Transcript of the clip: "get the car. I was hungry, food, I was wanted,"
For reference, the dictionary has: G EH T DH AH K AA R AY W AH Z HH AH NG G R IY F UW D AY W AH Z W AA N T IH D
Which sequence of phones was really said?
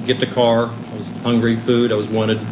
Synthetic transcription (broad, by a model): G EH T DH AH K AA R AY W AH Z HH AH NG G R IY F UW D AY W AH Z W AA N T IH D